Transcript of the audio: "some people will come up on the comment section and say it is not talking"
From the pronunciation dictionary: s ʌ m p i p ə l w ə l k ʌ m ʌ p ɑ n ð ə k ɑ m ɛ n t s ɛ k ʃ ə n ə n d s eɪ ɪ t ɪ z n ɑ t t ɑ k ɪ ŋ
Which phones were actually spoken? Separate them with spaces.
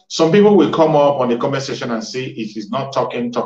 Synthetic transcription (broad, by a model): s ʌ m p i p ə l w ə l k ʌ m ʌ p ɑ n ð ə k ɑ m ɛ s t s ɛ ʃ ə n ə n s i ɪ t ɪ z n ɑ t t ɑ k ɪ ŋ